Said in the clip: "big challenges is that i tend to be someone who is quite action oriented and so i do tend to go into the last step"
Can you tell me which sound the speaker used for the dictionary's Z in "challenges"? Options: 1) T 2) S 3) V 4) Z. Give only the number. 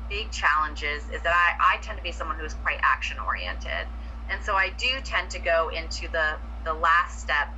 4